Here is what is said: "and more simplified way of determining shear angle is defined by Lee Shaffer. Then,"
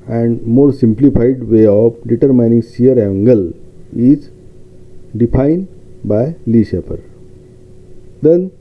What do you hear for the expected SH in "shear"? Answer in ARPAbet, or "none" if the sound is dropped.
S